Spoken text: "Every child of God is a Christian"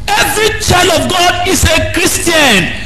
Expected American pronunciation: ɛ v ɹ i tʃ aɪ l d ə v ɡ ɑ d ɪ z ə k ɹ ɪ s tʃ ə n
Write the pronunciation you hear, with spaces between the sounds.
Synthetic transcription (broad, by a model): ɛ v ɹ i tʃ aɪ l ə v ɡ ɑ d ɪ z ə k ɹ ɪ s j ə n